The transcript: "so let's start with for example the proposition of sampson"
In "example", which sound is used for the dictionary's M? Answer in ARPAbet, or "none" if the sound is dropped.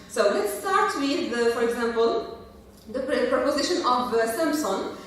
M